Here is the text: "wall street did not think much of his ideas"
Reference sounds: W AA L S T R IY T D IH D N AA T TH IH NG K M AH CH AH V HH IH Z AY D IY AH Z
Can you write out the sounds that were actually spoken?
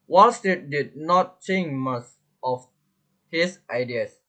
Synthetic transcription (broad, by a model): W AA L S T IY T D IH D N AA T S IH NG M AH S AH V HH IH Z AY D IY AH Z